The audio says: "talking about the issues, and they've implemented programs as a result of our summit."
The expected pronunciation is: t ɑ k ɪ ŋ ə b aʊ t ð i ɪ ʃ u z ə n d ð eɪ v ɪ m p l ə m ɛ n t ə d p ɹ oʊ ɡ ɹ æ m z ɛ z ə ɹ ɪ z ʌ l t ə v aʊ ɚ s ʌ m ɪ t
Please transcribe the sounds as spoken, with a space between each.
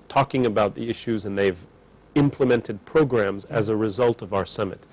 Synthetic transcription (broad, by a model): t ɑ k ɪ ŋ ə b aʊ t ð i ɪ ʃ u z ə n ð eɪ v ɪ m p l ə m ɛ n t ə d p ɹ oʊ ɡ ɹ æ m z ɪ z ə ɹ ɪ z ʌ l t ə v aʊ ɚ s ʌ m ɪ t